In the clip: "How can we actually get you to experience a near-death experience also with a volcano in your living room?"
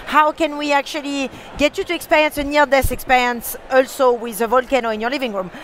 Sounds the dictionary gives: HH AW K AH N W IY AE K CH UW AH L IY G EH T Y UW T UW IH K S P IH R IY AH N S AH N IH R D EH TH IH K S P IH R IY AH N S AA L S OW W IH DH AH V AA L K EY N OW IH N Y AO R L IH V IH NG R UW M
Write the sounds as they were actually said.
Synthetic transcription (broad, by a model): HH AW K AH N W IY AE K CH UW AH L IY G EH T Y UW T UW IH K S P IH R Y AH N S AH N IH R D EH S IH K S P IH R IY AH N S AA L S OW W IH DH AH V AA L K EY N OW IH N Y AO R L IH V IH NG R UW M